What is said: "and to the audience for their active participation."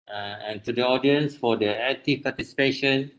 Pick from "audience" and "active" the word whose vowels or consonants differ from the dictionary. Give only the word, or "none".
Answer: active